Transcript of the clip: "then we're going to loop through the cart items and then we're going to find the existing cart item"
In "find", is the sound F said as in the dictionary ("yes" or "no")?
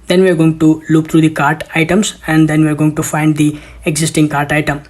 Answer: yes